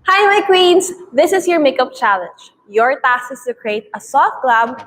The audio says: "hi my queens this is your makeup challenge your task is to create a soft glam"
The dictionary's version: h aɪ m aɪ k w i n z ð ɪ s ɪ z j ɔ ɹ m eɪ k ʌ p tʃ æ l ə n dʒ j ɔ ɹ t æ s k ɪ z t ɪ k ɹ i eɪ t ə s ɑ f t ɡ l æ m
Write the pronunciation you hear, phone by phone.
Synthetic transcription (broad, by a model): h aɪ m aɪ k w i n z ð ɪ s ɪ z j ɔ ɹ m eɪ k ʌ p tʃ æ l ə n dʒ j ɔ ɹ t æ s ɪ s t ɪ k ɹ i eɪ t ə s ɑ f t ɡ l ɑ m